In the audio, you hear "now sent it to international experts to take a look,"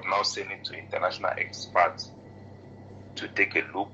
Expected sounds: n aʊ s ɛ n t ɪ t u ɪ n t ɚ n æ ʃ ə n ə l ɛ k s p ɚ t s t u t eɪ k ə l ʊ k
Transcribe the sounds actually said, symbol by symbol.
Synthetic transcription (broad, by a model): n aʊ s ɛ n ɪ t u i n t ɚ n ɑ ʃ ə n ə l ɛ k s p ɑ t t u t eɪ k ə l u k